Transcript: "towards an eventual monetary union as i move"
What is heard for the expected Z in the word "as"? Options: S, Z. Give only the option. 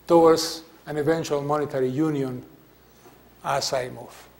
S